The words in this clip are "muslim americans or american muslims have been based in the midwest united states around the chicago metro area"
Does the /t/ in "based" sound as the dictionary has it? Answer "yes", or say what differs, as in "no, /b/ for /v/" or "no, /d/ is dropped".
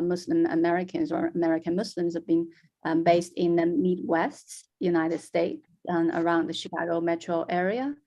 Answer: yes